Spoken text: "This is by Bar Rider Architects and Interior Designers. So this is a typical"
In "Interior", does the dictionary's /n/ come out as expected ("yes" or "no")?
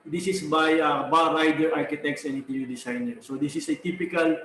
no